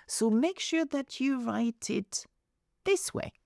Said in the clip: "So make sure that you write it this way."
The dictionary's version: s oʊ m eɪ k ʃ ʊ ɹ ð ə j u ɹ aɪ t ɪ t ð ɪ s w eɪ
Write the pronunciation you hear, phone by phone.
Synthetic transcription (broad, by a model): s oʊ m eɪ k ʃ ʊ ɹ ð ə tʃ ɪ ɹ aɪ t ɪ t ð ɪ s w eɪ